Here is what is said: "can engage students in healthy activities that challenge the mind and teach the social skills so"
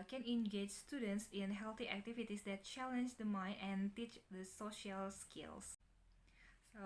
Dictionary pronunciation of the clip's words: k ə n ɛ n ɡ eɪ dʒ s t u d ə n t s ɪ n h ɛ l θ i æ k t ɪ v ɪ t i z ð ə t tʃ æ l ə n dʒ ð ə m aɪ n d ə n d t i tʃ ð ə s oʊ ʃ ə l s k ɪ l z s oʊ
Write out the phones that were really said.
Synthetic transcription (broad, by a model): k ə n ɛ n ɡ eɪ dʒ s t u d ə n t s ɪ n h ɛ l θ i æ k t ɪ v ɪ t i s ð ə t tʃ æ l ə n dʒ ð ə m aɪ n ə n t i tʃ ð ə s oʊ ʃ ə l s k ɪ l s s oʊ